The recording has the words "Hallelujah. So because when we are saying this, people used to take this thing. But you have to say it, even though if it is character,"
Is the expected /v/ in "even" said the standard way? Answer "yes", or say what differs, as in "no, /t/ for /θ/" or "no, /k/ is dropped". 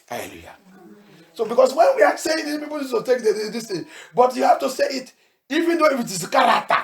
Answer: yes